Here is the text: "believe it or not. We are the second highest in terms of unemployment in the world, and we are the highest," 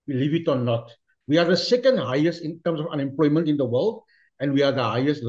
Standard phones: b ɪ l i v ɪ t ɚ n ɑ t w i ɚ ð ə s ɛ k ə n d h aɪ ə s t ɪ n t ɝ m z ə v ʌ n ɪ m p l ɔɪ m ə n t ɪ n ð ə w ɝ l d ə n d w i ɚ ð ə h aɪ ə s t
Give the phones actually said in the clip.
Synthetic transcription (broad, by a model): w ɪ l i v ɪ t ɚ n ɑ t w i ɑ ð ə s ɛ k ə n d h aɪ ə s t ɪ n t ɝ m s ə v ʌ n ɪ m p l ɔɪ m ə n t ɪ n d ə w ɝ l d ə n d w i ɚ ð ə h aɪ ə s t